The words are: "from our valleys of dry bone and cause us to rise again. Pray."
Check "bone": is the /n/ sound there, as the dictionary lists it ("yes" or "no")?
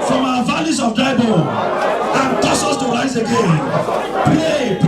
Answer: no